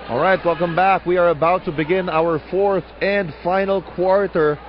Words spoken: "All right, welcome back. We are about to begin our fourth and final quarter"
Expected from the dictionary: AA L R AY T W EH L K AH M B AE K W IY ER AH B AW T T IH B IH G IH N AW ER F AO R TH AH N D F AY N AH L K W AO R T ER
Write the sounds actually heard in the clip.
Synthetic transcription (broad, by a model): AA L R AY T W EH L K AH M B AE K W IY ER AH B AW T T IH B IH G IH N AW ER F AO R TH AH N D F AY N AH L K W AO R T ER